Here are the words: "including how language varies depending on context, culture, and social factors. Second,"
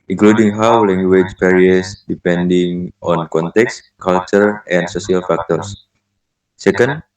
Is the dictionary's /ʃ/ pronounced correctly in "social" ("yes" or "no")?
no